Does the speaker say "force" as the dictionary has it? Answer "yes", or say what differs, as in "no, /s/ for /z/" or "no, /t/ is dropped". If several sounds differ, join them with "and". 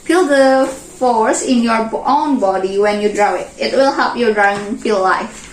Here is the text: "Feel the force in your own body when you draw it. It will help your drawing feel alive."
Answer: yes